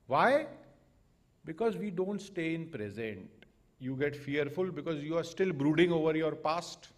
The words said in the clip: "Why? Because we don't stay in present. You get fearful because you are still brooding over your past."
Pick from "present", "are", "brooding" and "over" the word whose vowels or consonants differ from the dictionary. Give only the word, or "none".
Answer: none